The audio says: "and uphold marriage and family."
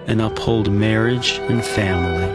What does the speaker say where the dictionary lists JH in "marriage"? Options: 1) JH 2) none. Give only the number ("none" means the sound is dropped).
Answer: 1